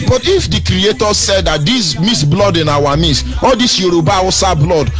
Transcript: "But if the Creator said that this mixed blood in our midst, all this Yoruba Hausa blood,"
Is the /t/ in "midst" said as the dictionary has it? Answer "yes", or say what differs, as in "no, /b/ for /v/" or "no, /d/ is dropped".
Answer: no, /t/ is dropped